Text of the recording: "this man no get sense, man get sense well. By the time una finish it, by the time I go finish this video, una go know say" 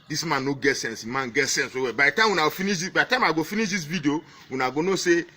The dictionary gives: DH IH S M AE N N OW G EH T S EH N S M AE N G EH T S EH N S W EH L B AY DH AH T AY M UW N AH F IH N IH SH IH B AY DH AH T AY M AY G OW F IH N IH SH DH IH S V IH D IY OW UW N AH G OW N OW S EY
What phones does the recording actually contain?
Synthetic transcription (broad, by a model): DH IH S M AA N N OW G EH T S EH N S M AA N G EH T S EH N S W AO W B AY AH T AY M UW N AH F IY N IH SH IH B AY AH T AY M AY G OW F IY N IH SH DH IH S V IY D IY OW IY N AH G OW N OW S EY